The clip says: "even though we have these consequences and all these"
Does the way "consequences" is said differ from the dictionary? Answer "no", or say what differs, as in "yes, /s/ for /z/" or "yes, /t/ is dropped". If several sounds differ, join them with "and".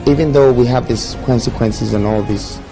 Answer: no